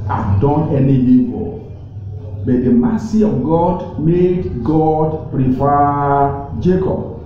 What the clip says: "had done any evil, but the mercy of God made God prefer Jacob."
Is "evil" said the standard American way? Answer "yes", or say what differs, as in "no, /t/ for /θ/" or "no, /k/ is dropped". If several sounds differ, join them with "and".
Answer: no, /p/ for /v/